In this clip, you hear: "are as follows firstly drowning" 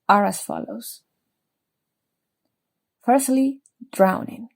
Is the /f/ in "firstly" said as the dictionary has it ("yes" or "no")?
yes